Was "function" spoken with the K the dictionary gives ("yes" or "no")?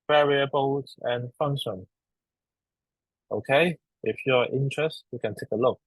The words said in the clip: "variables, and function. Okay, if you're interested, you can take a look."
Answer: yes